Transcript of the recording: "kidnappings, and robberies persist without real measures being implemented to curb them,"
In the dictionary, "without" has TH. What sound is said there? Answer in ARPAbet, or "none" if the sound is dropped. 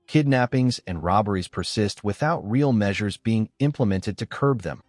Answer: TH